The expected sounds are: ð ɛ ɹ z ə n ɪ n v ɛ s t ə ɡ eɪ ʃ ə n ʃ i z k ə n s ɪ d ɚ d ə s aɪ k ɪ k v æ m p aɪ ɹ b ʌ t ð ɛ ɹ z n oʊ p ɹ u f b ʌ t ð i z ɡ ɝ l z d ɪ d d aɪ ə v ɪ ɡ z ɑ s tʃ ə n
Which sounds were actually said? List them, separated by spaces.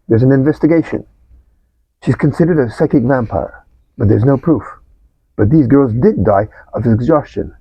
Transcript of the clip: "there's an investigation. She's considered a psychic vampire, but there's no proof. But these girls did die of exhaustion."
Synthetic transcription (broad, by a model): ð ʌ ɹ z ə n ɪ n v ɛ s t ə ɡ eɪ ʃ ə n ʃ i z k ə n s ɪ d ɚ d ə s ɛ k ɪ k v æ m p aɪ ɹ b ʌ t ð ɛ ɹ z n oʊ p ɹ u f b ʌ t ð i z ɡ ɝ l z d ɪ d d aɪ ə v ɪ ɡ z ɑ s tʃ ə n